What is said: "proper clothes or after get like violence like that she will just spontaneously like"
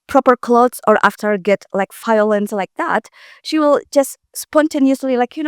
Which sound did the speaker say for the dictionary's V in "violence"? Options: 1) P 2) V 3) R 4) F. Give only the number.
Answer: 4